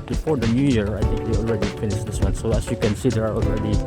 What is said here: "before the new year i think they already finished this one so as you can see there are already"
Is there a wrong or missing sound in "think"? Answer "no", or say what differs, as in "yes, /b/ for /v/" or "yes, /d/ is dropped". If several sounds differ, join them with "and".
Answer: yes, /t/ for /θ/